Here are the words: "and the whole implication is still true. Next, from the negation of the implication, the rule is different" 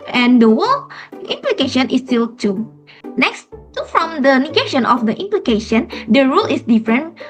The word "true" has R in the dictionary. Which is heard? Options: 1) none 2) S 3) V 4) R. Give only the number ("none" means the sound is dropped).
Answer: 1